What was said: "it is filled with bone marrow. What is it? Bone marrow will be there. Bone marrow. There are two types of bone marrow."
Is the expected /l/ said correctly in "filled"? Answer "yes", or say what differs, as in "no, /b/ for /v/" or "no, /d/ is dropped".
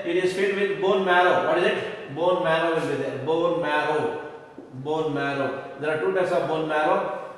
no, /l/ is dropped